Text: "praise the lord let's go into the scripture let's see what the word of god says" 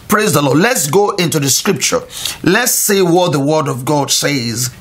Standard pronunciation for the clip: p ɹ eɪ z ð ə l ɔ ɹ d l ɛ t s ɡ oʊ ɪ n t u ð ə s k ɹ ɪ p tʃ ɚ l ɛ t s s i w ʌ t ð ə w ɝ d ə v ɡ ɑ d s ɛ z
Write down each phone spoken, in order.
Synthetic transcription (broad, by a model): p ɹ eɪ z ð ə l ɔ d l ɛ t s ɡ oʊ ɪ n t u ð ə s k ɹ ɪ p tʃ ɚ l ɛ t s s i w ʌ t ð ə w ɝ d ə v ɡ ɑ d s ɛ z